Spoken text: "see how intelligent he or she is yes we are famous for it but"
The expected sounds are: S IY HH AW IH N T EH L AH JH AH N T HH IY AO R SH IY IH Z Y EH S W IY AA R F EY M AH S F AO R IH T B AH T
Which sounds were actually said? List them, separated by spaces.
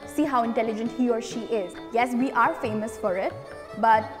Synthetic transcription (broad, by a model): S IY HH AW IH N T EH L AH JH AH N T HH IY AO R SH IY IH Z Y EH S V IY AA R F EY M AH S F AO R IH T B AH T